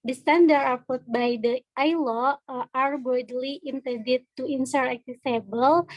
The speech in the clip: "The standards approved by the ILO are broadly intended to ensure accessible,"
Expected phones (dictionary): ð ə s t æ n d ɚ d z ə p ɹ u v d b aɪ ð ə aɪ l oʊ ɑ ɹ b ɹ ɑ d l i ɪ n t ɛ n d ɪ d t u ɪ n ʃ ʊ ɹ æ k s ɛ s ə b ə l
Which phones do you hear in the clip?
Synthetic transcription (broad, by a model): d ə s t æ n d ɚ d ə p u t b aɪ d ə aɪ l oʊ ɑ ɹ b ɑ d l i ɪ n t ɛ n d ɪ t u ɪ n s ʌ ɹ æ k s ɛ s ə b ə l